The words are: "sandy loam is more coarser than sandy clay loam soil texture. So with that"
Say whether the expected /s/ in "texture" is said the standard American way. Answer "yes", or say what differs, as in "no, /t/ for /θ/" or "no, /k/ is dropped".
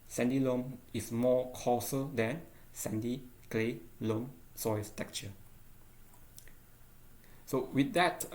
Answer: no, /s/ is dropped